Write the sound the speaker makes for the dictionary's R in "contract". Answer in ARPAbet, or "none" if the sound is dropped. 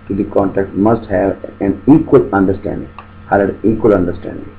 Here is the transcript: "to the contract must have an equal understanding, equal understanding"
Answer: none